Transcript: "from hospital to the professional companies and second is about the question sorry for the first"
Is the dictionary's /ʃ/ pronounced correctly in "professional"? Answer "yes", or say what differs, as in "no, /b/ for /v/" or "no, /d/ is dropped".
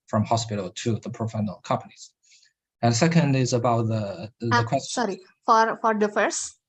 no, /ʃ/ is dropped